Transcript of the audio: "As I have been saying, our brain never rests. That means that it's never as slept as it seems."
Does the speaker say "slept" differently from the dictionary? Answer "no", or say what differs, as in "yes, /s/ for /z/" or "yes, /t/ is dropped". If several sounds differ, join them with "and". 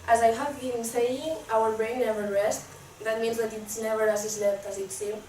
yes, /f/ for /p/